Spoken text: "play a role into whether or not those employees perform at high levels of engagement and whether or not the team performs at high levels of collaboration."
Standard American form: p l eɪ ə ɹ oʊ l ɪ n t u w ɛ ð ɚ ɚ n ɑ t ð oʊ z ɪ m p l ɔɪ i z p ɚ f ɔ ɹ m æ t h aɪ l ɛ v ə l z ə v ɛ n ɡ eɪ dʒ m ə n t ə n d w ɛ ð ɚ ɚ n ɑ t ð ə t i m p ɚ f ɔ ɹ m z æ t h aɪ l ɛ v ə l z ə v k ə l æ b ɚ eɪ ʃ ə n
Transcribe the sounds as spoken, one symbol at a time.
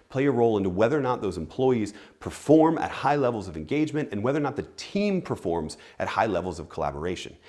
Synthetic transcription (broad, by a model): p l eɪ ə ɹ oʊ l ɪ n t u w ɛ ð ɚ ɚ n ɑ t ð oʊ z ɪ m p l ɔɪ i z p ɚ f ɔ ɹ m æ t h aɪ l ɛ v l z ə v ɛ n ɡ eɪ dʒ m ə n t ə n w ɛ ð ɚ ɚ n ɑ t ð ə t i m p ɚ f ɔ ɹ m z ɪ t h aɪ l ɛ v l z ə v k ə l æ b ɚ eɪ ʃ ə n